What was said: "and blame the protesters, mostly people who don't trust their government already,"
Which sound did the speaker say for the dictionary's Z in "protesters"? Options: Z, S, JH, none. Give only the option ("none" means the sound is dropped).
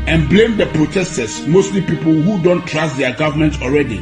S